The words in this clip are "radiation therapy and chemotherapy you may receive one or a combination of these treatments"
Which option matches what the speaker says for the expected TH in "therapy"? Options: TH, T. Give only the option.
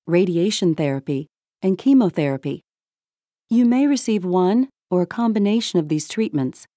TH